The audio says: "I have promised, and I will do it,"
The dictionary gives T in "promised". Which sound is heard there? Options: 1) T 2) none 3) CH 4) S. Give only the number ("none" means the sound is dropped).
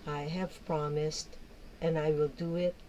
1